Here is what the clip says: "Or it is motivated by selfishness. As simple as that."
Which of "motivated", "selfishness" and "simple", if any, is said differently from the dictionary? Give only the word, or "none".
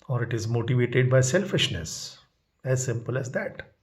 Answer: none